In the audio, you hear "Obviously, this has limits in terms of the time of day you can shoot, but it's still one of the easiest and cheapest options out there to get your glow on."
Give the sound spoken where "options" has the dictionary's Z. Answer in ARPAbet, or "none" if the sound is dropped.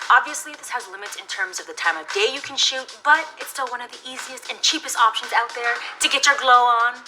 Z